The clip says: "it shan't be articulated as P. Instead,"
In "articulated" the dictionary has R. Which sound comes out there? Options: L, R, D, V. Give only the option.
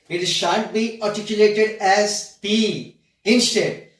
R